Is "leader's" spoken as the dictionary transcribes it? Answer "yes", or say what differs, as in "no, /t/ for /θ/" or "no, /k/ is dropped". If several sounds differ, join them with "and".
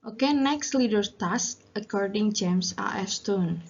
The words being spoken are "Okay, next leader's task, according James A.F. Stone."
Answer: no, /z/ is dropped